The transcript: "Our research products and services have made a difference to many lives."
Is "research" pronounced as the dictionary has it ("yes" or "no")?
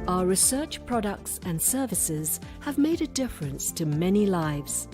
yes